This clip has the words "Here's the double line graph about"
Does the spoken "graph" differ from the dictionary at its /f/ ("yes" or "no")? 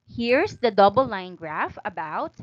no